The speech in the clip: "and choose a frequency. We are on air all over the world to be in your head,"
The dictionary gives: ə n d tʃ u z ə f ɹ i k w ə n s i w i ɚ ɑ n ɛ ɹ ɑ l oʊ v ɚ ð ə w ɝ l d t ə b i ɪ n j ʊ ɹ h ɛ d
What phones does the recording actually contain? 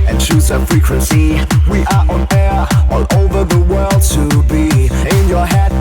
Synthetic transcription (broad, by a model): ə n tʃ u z ə f ɹ i k w ə n s i w i ɚ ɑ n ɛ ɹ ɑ n oʊ v ɚ ð ə w ɝ l d t ə b i ɪ n j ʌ ɹ h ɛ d